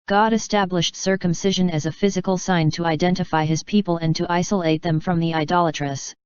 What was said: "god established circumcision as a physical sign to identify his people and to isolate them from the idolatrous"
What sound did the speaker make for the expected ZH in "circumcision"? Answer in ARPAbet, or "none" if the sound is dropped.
ZH